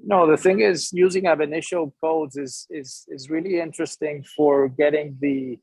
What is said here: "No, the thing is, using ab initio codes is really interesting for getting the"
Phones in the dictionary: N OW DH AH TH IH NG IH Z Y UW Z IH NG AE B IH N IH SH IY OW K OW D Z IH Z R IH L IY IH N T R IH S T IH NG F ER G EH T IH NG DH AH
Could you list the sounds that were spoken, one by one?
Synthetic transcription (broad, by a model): N OW DH AH TH IH NG IH Z Y UW Z IH NG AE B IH N IH SH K OW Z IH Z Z IH Z R IH L IY IH N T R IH S T IH NG F ER G EH T IH NG DH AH